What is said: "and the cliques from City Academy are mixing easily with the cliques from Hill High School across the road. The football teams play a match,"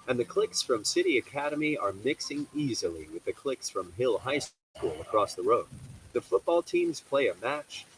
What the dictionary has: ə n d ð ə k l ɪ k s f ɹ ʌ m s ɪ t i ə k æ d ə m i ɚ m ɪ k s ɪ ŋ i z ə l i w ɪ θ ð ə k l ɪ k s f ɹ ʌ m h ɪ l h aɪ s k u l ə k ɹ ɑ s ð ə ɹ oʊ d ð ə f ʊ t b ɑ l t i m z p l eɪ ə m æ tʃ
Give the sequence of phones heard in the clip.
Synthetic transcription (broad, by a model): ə n ð ə k l ɪ k s f ɹ ʌ m s ɪ t i ə k æ d ə m i ɚ m ɪ k s ɪ ŋ i z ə l i w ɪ ð ə k l ɪ k s f ɹ ʌ m h ɪ l h aɪ s k u l ə k ɹ ɑ s ð ə ɹ oʊ d ð ə f ʊ t b ɑ l t i m z p l eɪ ə m æ tʃ